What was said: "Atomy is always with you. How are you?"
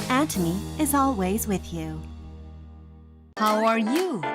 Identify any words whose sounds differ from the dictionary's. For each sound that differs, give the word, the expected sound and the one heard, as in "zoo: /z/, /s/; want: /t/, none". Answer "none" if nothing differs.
none